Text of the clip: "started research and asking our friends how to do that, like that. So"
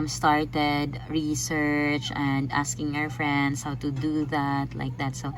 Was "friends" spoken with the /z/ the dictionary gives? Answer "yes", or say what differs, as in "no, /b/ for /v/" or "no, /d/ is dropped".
no, /s/ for /z/